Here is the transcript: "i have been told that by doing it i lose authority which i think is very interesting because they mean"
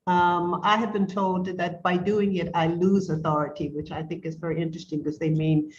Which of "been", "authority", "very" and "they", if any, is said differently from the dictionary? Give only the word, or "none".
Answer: none